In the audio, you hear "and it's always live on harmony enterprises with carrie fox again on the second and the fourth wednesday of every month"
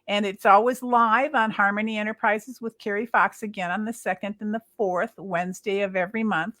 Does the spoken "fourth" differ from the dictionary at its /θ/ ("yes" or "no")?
no